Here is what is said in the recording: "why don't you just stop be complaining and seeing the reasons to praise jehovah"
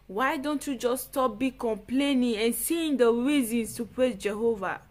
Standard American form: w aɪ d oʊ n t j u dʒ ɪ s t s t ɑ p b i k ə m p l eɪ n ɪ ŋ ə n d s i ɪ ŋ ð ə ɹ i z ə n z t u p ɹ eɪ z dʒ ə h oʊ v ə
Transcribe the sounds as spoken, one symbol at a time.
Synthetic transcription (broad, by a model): w aɪ d oʊ n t j u dʒ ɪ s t s t ɑ p b i k ə m p l eɪ n ɪ ŋ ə n s i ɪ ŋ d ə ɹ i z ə n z t u p ɹ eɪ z dʒ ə h oʊ v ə